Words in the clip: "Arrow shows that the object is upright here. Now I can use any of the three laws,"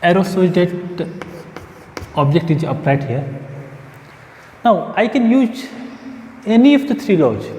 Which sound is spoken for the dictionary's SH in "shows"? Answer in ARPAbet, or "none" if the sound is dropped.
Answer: S